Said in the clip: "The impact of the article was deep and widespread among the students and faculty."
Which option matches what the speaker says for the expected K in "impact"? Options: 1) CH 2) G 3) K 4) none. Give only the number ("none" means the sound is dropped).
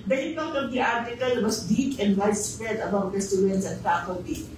4